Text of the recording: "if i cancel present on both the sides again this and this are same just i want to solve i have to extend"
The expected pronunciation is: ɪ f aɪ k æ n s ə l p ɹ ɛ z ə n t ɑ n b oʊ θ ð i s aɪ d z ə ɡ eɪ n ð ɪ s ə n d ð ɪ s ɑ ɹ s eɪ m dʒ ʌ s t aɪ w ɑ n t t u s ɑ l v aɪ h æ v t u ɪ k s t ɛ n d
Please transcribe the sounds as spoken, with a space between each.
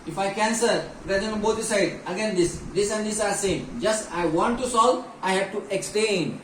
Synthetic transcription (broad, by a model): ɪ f aɪ k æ n s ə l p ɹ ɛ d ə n ɑ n b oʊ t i s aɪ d ə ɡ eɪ n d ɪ s ə n d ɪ s ɑ ɹ s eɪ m dʒ ʌ s t aɪ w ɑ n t t u s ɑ l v aɪ h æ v t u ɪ k s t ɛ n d